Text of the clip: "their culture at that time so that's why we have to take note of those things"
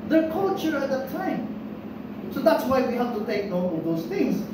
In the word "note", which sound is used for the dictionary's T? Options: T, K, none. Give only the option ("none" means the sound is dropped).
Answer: none